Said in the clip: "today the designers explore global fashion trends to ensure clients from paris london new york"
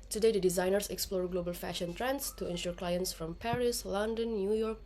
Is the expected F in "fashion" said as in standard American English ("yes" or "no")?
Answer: yes